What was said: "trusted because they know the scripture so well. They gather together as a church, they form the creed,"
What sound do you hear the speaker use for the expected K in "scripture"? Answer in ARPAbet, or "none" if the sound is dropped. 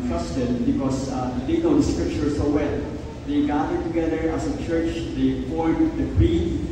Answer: K